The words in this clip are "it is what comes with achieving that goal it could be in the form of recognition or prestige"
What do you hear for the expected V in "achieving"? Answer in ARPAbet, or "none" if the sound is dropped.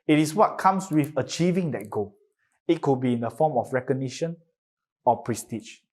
V